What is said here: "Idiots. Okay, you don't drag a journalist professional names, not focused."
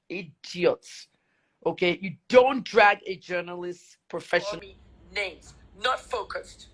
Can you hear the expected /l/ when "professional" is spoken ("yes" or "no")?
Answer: no